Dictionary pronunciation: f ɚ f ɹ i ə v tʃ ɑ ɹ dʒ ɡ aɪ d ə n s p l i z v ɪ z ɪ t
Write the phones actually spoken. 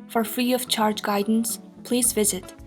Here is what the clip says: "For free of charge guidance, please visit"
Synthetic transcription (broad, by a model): f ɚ f ɹ i ə v tʃ ɑ ɹ dʒ ɡ aɪ d n s p l i z v ɪ z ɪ t